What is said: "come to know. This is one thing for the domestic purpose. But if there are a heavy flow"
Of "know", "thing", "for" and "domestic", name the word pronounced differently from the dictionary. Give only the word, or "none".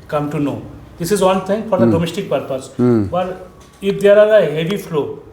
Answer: thing